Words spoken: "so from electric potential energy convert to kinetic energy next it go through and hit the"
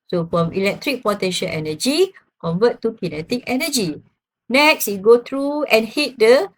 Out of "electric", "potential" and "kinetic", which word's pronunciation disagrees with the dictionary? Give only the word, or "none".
potential